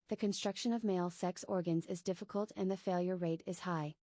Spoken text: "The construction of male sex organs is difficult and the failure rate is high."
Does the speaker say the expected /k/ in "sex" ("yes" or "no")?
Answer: yes